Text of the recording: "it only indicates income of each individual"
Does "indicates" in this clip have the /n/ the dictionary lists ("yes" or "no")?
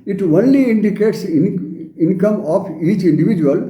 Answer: yes